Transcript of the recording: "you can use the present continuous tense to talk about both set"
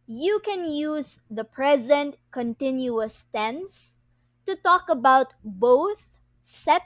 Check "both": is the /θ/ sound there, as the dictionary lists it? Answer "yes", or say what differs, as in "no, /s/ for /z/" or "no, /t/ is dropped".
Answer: yes